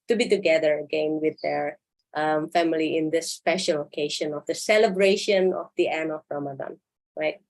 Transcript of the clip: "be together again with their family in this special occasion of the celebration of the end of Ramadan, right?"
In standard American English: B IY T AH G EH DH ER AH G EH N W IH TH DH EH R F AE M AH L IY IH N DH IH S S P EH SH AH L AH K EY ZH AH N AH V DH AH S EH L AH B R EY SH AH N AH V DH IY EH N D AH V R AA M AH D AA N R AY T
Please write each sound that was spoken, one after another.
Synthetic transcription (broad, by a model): B IY T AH G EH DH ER AH G EH N W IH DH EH R F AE M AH L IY IH N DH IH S S P EH SH AH L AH K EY SH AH N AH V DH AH S EH L AH B R EY SH AH N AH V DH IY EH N AH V R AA M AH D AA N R AY T